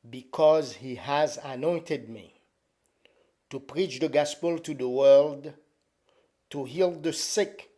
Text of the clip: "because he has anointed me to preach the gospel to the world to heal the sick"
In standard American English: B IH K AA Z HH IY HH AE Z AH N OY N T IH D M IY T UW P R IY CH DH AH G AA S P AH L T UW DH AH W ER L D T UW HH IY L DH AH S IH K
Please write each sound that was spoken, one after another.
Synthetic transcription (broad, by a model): B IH K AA Z HH IY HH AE Z AH N OY N T IH D M IY T UW P R IY CH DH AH G AA S P AH L T UW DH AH W ER L D T UW HH IY L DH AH S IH K